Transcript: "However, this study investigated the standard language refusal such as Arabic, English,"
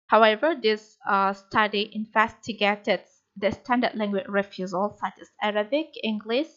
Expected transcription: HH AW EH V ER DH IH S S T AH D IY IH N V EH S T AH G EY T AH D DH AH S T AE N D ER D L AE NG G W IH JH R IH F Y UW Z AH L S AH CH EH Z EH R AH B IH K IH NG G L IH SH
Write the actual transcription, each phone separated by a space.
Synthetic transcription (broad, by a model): HH AW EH V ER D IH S S T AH D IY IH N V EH S T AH G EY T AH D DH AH S T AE N D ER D L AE NG G W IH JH R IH F Y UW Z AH L S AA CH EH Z EH R AH B IH K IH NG G L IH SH